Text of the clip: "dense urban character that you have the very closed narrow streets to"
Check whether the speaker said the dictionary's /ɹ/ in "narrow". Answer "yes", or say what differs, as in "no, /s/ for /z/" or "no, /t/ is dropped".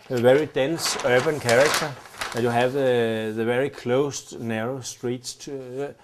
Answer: yes